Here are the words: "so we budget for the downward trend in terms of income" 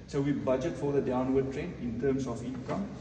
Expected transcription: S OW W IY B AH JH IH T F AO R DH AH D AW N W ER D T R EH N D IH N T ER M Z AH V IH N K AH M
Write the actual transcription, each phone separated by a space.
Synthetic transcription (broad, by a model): S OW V IY B AH JH IH T F AO R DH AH D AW N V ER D T R EH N IH N T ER M S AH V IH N K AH M